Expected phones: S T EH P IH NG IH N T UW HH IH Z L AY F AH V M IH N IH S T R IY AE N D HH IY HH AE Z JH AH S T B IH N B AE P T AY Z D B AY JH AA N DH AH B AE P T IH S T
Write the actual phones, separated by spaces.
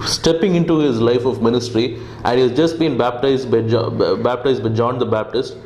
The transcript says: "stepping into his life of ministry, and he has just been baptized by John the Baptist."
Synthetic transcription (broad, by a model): S T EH P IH NG IH N T UW HH IH Z L AY F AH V M IH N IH S T R IY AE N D HH IY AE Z JH AH S T B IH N B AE P T AY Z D B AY JH AA N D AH B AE P T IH S T